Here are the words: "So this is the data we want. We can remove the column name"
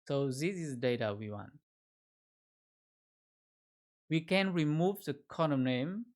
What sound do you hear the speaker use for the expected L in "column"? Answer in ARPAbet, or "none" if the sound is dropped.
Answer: N